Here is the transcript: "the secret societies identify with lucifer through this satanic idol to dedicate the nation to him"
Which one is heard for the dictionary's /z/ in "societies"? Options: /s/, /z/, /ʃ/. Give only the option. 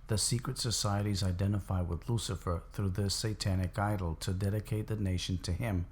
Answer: /z/